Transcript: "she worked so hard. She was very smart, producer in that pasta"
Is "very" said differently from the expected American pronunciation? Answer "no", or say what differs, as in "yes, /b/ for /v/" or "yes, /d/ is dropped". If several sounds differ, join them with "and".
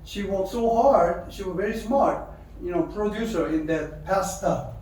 no